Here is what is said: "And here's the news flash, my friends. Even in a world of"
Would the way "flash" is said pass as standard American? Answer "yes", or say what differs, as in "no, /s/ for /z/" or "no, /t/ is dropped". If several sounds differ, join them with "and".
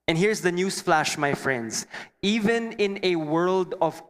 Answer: yes